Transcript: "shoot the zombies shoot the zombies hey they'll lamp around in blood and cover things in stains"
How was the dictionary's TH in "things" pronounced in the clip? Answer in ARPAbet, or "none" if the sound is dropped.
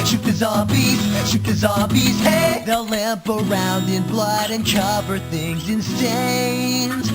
TH